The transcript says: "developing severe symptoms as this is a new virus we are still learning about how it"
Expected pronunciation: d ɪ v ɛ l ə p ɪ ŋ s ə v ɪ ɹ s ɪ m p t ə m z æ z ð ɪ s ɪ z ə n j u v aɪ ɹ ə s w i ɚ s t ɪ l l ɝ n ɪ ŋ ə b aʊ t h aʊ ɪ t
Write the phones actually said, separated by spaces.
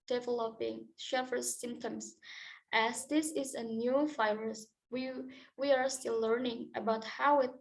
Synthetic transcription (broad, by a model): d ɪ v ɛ l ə p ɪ ŋ ʃ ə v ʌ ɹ s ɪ m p t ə m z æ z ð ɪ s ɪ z ə n j u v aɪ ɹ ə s w i ɚ s t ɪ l l ɝ n ɪ ŋ ə b aʊ t h aʊ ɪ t